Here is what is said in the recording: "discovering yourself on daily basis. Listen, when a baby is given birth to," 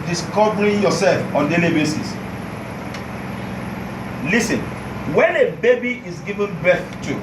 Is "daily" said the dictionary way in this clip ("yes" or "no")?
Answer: yes